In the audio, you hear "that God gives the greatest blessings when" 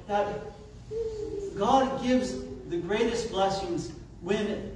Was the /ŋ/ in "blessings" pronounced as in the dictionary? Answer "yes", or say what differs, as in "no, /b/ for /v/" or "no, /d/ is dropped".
yes